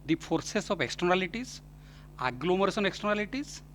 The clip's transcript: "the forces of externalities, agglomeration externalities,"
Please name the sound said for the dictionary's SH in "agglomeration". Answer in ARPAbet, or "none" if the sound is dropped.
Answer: S